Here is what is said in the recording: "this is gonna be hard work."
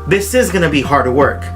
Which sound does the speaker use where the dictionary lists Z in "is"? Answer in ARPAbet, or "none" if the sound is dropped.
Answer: Z